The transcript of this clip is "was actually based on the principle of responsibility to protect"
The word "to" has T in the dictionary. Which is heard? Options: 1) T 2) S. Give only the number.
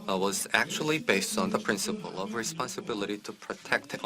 1